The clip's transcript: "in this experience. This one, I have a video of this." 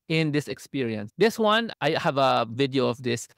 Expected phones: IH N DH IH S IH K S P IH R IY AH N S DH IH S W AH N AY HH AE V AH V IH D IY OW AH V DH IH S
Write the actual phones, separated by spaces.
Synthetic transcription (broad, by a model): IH N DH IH S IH K S P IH R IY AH N S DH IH S W AH N AY HH AE V AH V IH D IY OW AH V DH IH S